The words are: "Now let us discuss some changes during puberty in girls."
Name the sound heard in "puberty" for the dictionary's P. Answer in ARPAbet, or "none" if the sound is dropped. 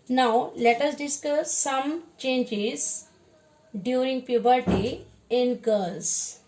P